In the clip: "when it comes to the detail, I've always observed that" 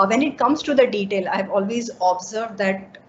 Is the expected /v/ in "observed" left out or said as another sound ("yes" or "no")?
no